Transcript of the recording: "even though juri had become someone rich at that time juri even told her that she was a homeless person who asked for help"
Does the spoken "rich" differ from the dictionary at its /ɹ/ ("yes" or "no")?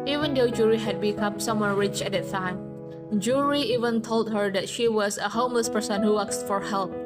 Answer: no